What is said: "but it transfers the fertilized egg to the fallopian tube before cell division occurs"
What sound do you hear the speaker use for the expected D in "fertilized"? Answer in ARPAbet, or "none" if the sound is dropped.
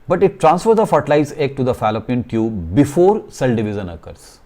none